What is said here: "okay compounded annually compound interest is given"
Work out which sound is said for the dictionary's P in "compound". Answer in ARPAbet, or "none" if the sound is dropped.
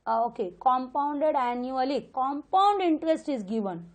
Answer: P